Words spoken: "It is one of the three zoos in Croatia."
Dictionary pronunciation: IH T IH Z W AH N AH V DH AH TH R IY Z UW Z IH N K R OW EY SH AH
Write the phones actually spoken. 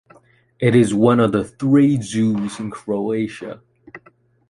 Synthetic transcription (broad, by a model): IH T IH Z W AH N AH V DH AH TH R IY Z UW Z IH N K R OW EY SH AH